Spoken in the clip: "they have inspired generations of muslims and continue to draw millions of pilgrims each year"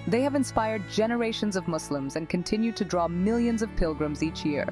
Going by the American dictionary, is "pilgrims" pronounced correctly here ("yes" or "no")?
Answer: yes